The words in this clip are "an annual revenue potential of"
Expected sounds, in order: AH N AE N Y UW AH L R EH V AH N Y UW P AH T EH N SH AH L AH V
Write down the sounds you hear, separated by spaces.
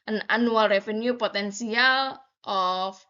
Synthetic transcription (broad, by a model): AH N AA N UW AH L R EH F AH N Y UW P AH T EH N S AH L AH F